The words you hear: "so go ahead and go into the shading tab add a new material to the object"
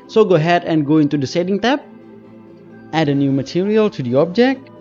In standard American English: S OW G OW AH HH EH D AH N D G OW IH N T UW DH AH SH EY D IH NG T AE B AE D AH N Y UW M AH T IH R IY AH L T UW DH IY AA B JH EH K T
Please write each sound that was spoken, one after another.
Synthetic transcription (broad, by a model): S OW G OW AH HH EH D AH N G OW IH N T UW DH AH S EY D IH NG T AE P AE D AH N Y UW M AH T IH R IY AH L T UW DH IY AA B JH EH K T